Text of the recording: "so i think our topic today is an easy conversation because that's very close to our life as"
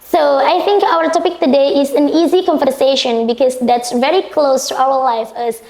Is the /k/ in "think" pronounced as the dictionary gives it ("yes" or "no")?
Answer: yes